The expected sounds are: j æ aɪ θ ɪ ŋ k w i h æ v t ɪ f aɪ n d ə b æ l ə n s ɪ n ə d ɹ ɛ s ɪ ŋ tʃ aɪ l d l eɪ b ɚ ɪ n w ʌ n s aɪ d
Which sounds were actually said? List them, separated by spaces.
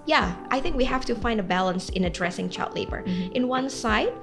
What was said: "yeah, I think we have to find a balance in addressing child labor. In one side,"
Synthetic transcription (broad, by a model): j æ aɪ θ ɪ ŋ k w i h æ f t ɪ f aɪ n d ə b æ l ə n s ɪ n ə d ɹ ɛ s ɪ ŋ tʃ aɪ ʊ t l eɪ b ɚ ɪ n w ʌ n s aɪ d